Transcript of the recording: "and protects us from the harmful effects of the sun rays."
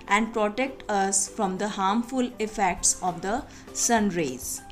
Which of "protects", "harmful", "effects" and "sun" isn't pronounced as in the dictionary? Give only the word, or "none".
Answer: protects